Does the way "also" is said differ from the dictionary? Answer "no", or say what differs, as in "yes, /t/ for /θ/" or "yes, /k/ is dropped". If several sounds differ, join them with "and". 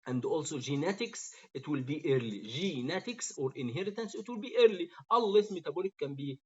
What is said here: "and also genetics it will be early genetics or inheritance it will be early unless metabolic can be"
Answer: no